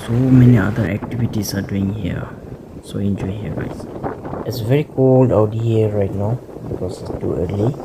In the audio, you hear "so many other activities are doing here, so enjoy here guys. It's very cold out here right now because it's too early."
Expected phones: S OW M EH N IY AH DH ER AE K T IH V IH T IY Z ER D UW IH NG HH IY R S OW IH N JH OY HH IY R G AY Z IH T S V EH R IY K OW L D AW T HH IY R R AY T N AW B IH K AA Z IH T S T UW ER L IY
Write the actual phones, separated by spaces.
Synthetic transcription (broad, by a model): S OW M EH N IY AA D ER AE K T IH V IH T IY S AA D UW IH NG HH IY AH S OW IH N JH OY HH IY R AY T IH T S V EH R IY K OW L D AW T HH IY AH R AY T N AW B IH K AA S IH T S T UW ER L IY